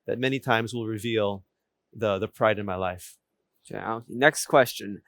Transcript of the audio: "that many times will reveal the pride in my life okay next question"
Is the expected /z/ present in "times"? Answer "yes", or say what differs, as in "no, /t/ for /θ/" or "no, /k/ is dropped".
yes